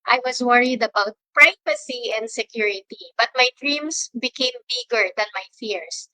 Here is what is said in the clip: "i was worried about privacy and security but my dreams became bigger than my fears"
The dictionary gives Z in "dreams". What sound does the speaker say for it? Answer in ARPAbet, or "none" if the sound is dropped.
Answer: S